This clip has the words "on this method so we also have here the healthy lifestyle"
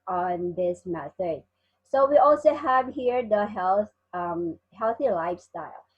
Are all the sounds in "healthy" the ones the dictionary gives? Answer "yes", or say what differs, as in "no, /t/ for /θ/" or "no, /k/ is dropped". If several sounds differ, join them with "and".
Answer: yes